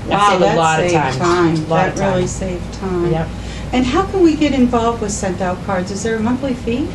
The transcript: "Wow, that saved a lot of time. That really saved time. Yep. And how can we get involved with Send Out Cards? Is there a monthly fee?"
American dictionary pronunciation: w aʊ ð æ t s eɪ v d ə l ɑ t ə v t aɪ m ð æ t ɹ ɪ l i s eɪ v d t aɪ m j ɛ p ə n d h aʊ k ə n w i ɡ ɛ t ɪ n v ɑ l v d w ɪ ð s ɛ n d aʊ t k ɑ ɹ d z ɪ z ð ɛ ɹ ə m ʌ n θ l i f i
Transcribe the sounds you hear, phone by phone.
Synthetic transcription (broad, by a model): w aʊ ð æ t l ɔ d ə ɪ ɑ ə t aɪ m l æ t ɹ ɪ l i s eɪ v t aɪ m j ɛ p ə n h aʊ k ə n w i ɡ ɛ t ɪ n v ɑ l v d w ɪ ð s ɛ n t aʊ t k ɑ ɹ d z ɪ z ð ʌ ɹ ə m ʌ n θ l i f i